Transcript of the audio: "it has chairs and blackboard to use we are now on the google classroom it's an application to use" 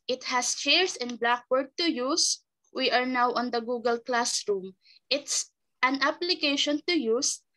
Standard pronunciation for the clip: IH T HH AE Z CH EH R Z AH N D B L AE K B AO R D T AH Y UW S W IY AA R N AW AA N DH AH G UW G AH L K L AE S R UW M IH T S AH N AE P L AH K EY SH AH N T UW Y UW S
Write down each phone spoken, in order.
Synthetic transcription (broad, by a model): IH T HH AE S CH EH R S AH N B L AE K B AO R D T AH Y UW S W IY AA R N AW AA N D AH G UW G AH L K L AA S R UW M IH T S AH N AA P L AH K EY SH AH N T UW Y UW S